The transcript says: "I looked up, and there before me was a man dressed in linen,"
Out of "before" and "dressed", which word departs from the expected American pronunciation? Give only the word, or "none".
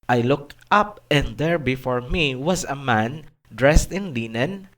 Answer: none